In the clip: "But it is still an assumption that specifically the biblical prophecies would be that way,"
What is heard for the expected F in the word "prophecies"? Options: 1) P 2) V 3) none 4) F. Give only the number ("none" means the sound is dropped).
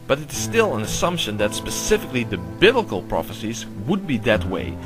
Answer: 4